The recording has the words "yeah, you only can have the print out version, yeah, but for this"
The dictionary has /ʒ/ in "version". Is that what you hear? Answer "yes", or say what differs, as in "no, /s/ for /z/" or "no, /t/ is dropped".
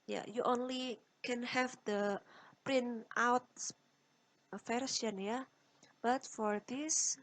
no, /s/ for /ʒ/